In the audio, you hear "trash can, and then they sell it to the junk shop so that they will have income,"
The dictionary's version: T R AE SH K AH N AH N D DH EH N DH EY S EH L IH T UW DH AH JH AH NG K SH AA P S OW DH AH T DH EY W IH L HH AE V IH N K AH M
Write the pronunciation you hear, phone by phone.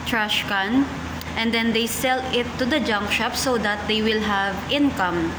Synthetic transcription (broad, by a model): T R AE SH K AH N AH N D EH N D EY S EH L IH T UW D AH JH AH NG K SH AA P S OW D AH T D EY W IH L HH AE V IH N K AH M